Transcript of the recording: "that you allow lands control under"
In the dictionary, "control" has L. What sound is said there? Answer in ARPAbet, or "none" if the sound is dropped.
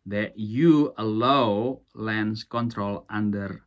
L